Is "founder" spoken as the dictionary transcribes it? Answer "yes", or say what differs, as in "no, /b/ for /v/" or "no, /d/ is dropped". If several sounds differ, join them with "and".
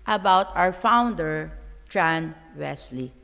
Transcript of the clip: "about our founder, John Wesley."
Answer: yes